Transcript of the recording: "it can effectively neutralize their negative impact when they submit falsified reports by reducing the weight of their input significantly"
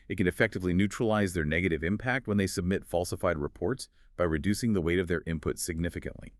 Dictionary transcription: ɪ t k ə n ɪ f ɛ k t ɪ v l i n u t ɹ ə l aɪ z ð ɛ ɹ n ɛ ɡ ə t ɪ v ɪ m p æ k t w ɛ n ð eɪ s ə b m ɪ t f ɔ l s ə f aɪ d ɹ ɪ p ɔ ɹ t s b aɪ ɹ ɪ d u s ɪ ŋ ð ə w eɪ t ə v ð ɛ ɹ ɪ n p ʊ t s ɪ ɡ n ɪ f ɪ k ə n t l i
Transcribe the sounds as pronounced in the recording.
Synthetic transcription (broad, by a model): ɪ t k ə n ɪ f ɛ k t ɪ v l i n u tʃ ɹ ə l aɪ z ð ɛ ɹ n ɛ ɡ ə t ɪ v ɪ m p æ k t w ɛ n ð eɪ s ə b m ɪ t f ɔ l s ə f aɪ d ɹ ɪ p ɔ ɹ t s b aɪ ɹ ɪ d u s ɪ ŋ ð ə w eɪ t ə v ð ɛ ɹ ɪ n p ʊ t s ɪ ɡ n ɪ f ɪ k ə n t l i